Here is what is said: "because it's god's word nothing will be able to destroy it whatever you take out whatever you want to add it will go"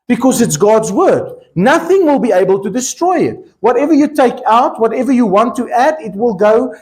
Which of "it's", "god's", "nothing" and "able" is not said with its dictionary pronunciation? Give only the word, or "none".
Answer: none